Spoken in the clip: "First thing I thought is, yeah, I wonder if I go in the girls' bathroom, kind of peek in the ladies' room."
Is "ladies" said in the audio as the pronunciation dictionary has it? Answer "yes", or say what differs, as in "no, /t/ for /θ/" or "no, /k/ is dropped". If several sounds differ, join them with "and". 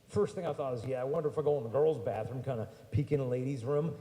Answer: yes